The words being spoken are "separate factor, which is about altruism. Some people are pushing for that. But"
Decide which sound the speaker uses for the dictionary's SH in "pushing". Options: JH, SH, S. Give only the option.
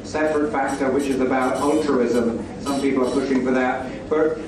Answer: SH